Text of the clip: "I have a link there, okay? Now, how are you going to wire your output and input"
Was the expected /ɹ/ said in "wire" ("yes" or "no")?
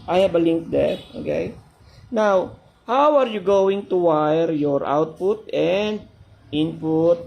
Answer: yes